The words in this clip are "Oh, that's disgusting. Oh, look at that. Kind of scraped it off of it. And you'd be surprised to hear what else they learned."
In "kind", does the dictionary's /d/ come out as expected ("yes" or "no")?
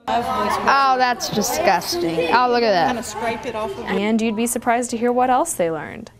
no